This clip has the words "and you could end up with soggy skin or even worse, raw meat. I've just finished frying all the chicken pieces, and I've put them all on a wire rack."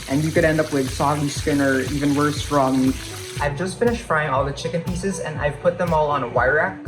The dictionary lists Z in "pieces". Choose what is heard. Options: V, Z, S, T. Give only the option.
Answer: Z